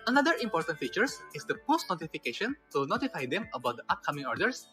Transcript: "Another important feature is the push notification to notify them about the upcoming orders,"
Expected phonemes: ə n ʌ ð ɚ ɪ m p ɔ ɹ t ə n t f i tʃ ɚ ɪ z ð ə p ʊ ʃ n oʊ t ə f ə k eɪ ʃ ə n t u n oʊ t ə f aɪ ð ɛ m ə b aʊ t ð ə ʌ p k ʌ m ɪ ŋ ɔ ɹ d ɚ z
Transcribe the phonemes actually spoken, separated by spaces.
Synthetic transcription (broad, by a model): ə n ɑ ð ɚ ɪ m p ɔ ɹ t ə n t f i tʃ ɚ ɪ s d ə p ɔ s n oʊ t ə f ə k eɪ ʃ ə n t u n oʊ t ə f aɪ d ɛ m ə b aʊ t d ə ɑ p k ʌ m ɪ ŋ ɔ ɹ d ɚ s